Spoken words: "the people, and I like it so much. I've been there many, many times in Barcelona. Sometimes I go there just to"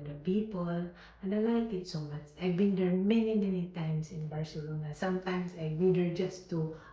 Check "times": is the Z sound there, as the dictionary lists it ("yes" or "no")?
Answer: no